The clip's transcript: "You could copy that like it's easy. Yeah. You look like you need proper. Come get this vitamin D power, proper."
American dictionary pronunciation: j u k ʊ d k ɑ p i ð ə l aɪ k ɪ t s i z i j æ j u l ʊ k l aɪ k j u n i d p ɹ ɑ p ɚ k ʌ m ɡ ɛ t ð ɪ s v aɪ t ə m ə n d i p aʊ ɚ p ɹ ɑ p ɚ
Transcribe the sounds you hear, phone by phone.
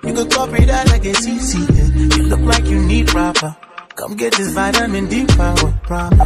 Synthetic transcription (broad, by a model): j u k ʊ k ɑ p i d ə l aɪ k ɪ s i s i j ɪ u l ʊ k l aɪ k j u n i d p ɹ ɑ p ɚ k ʌ m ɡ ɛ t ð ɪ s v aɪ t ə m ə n d i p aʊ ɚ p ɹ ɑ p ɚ